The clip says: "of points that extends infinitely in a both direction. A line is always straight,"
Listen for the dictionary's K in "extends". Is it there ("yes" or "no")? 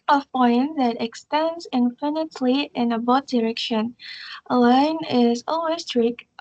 yes